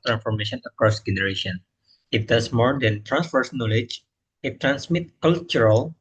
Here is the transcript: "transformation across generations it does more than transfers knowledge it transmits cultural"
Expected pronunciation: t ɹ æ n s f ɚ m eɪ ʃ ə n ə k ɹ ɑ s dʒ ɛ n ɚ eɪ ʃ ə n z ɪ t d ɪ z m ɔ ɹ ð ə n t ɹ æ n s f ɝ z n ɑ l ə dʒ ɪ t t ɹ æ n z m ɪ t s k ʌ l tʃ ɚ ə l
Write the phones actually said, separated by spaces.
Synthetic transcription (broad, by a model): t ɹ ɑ n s f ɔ m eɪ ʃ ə n ə k ɹ ɑ s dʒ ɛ n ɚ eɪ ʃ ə n ɪ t d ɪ s m ɔ ɹ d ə n t ɹ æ n s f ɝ s n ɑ l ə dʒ ɪ t t ɹ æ n s m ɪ t k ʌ l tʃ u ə l